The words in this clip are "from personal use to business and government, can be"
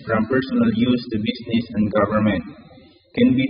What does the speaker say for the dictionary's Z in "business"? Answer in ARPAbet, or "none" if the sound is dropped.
S